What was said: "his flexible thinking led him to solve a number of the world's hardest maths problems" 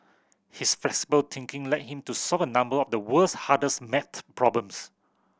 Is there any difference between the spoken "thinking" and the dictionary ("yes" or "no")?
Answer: yes